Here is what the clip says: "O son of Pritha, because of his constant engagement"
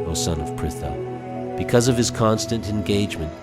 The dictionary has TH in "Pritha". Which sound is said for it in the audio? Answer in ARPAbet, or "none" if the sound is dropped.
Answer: TH